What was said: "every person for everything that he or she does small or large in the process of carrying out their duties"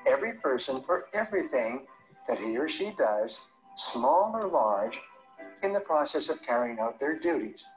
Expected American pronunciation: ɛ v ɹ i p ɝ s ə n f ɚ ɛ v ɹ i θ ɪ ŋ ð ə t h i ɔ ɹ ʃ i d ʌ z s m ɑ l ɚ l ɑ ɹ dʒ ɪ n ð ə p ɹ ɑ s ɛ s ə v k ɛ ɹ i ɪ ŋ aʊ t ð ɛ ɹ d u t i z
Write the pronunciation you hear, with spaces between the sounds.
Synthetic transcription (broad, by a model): ɛ v ɹ i p ɝ s ə n f ɚ ɛ v ɹ i θ ɪ ŋ ð ə t h i ɹ ʃ i d ʌ z s m ɑ l ɚ l ɑ ɹ dʒ ɪ n ð ə p ɹ ɑ s ɛ s ə v k ɛ ɹ i ɪ ŋ aʊ t ð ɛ ɹ d u t i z